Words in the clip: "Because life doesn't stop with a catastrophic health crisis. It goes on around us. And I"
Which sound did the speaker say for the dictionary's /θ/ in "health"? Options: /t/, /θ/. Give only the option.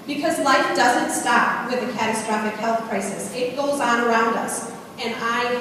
/θ/